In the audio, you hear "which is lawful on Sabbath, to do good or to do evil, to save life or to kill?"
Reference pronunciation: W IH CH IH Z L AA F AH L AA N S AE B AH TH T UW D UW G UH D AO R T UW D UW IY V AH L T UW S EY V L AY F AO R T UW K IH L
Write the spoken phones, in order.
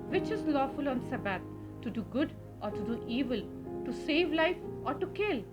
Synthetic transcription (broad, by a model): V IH CH IH Z L AA F AH L AA N S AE B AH T T UW D UW G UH D AO R T UW D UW IY V AH L T UW S EY V L AY F AO R T UW K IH L